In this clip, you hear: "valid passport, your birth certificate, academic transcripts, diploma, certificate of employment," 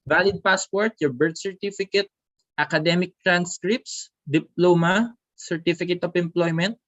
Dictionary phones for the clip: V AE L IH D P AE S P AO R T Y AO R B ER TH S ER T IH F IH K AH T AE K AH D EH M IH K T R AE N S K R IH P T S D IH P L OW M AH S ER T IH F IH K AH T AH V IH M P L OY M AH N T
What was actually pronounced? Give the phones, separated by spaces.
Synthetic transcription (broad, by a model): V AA L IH D P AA S P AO R T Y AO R B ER T S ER T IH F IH K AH T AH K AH D EH M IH K T R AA N S K R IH P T S D IH P L OW M AH S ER T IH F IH K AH T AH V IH M P L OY M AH N T